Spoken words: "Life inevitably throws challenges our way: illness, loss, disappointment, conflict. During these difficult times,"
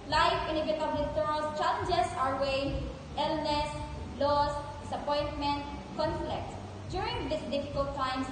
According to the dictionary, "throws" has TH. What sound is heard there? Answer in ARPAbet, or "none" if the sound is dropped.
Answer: T